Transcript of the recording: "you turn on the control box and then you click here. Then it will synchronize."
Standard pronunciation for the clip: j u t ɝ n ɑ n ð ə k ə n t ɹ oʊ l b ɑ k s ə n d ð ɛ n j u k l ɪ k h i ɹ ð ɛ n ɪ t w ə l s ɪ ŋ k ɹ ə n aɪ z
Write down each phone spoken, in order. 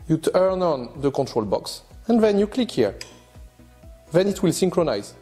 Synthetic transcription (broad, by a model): j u t ɝ n ɑ n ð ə k ə n t ɹ oʊ l b ɑ k s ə n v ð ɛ n j u k l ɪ k h i ɹ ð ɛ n ɪ t w ə l s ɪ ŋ k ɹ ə n aɪ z